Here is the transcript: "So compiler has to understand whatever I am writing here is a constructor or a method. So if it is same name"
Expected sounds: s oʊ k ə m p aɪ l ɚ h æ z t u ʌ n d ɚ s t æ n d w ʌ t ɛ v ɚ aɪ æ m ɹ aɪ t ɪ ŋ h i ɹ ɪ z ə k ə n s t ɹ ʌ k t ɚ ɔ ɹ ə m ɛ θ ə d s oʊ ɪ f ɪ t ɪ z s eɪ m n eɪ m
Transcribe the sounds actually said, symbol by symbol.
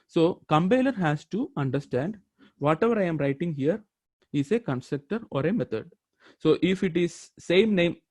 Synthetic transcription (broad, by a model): s oʊ k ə m b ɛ l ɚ h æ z t u ʌ n d ɚ s t æ n d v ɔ t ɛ v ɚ aɪ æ m ɹ aɪ t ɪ ŋ h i ɹ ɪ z ə k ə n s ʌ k t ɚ ɔ ɹ ə m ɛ t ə d s oʊ ɪ f ɪ t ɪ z s eɪ m n eɪ m